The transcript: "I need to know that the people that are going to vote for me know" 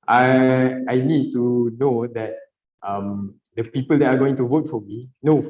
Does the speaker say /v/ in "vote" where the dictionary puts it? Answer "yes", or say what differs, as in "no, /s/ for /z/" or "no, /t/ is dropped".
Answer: yes